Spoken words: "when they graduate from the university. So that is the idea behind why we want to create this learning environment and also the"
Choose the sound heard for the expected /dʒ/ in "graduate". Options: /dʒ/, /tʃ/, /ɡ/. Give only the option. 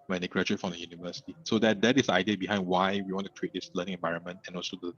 /tʃ/